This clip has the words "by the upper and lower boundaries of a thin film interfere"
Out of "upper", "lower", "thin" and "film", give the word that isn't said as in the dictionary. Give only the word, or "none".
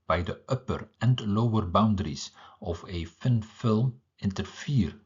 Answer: thin